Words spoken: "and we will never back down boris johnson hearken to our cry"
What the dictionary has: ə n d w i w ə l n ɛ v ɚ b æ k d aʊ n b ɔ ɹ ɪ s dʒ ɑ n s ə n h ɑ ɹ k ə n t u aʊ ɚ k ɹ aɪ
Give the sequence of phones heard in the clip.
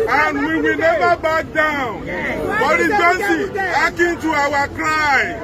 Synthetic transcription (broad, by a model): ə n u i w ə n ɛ b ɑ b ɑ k d aʊ n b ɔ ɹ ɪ dʒ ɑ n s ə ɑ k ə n t u aʊ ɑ k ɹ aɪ